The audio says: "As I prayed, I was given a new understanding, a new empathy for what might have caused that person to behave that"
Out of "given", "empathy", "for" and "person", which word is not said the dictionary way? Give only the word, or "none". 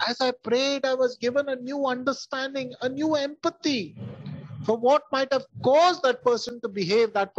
empathy